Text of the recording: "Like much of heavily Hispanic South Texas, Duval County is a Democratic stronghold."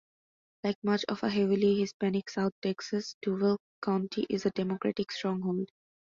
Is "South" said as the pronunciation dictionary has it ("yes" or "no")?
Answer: no